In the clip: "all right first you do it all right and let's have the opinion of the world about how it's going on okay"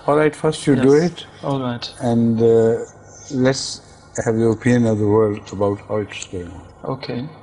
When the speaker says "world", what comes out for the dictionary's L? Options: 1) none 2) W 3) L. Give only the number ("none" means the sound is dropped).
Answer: 3